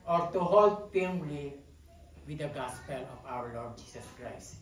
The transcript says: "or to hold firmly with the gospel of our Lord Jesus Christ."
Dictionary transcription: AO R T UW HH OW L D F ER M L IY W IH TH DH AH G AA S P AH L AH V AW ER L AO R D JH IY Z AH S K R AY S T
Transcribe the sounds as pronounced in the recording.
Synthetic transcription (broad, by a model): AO R T UW HH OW L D P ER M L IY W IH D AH G AA S P AH L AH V AW ER L AO R D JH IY S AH S K R AY S T